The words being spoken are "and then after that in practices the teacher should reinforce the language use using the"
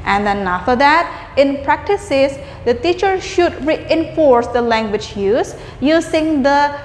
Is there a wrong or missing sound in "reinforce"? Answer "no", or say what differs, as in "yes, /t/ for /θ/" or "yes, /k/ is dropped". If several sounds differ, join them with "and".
no